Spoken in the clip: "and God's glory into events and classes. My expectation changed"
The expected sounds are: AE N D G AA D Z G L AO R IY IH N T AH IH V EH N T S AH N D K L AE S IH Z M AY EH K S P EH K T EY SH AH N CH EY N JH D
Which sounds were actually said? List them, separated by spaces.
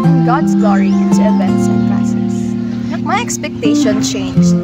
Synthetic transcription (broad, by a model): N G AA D S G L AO R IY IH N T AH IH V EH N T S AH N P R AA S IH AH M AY EH K S P EH K T EY SH AH N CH EY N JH